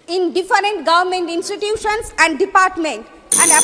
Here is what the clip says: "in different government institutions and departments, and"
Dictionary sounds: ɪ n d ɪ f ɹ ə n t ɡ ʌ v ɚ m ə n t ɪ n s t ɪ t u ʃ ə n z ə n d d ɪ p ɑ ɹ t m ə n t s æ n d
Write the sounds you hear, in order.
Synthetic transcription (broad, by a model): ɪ n d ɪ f ɹ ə n t ɡ ʌ v ɚ m ə n t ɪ n s t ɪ t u ʃ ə n s ə n d d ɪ p ɑ ɹ t m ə n t æ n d